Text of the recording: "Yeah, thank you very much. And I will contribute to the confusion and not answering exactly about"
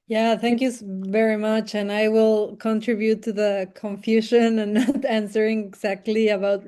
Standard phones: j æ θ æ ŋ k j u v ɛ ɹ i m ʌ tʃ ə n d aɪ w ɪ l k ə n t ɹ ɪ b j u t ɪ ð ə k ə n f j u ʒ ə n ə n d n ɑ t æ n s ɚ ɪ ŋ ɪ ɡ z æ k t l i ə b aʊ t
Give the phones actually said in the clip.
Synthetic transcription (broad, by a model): j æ θ æ ŋ k j u v ɛ ɹ i m ʌ tʃ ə n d aɪ w ɪ l k ə n t ɹ ɪ b j u t ɪ ð ə k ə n f j u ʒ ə n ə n n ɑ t æ n s ɚ ɪ ŋ ɪ ɡ z æ k t l i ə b aʊ t